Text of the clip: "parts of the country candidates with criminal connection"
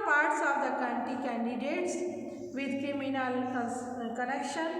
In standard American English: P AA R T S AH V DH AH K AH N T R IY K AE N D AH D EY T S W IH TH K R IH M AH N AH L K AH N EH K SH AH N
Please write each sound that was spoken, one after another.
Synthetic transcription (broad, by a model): P AA R T S AH V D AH K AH N T IY K AE N D AH D EY T S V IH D K R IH M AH N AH L K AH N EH K SH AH N